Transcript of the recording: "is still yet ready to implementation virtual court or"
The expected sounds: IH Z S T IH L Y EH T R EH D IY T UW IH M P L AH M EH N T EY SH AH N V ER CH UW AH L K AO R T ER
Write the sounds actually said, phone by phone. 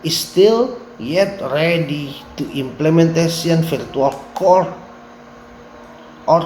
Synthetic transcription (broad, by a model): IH S T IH L Y EH T R EH D IY T UW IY M P L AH M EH N T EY S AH N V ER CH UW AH L K AO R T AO